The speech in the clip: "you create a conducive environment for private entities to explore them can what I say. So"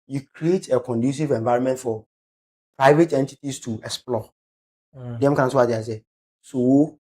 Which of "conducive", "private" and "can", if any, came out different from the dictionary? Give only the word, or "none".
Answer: none